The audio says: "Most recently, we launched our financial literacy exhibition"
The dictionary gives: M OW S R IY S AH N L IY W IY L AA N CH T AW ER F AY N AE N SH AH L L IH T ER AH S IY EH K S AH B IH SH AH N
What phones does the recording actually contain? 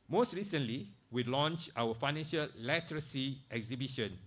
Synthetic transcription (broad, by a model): M OW S R IY S AH N L IY W IY L AA N CH AW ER F AY N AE N SH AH L L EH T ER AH S IY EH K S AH B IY SH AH N